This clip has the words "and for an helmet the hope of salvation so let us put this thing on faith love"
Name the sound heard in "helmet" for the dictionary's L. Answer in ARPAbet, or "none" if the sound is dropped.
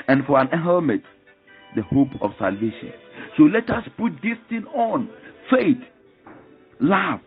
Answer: none